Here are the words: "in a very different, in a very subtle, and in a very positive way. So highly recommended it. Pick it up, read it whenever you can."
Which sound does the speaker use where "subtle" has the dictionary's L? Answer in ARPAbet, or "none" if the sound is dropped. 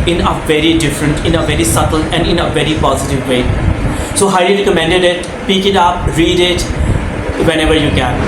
L